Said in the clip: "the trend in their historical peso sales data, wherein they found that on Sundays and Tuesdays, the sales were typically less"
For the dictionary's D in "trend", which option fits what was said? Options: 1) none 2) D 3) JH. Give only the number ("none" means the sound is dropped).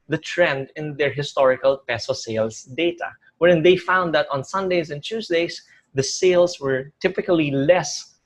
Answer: 2